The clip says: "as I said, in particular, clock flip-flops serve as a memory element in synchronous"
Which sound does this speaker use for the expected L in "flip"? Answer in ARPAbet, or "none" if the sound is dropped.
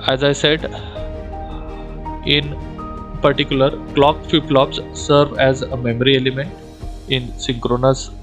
none